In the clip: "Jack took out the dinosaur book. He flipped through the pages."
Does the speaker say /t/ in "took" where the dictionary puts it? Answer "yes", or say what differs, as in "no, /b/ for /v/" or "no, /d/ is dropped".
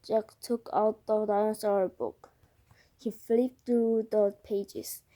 yes